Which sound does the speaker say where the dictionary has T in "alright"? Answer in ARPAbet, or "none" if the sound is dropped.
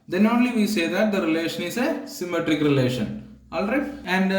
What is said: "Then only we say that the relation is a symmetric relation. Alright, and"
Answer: none